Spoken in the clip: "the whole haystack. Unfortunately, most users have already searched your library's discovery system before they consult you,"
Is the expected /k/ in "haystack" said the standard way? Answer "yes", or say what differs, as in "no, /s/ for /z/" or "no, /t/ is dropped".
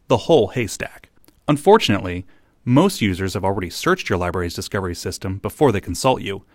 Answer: yes